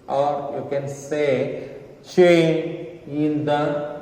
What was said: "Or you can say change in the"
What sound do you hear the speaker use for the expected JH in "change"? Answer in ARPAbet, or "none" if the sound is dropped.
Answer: none